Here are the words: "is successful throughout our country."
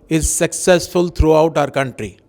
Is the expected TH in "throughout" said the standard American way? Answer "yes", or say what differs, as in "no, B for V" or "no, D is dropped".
no, T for TH